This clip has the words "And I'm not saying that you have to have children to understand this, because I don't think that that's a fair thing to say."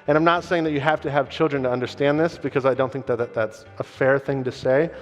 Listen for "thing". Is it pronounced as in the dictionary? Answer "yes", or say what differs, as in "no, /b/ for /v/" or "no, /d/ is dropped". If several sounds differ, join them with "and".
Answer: yes